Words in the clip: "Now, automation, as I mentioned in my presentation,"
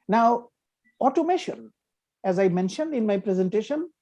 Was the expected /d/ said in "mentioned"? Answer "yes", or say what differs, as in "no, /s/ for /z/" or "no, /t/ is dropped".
yes